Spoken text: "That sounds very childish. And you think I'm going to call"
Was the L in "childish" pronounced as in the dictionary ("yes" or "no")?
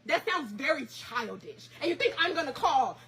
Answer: yes